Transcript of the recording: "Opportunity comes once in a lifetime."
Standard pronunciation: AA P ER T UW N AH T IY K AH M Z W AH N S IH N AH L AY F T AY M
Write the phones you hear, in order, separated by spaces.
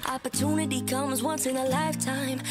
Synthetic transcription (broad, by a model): AA P ER T UW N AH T IY K AH M Z W AH N S IH N AH L AY F T AY M